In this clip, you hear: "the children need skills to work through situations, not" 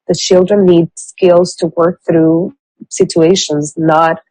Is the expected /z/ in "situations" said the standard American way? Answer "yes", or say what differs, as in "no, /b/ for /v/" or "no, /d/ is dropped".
yes